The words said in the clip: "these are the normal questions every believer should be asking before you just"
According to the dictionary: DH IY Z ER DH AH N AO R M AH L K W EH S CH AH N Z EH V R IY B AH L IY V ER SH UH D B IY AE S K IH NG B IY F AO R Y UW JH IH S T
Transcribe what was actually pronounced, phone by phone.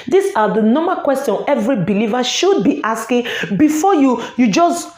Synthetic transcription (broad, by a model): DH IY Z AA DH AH N AO M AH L K W EH S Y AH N EH V R IY B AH L IY V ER SH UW D B IY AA S K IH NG B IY F AO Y Y UW JH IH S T